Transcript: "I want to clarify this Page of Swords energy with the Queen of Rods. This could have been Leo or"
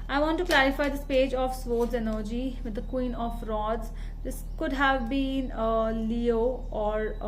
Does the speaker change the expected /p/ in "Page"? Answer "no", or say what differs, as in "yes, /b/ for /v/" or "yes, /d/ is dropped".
no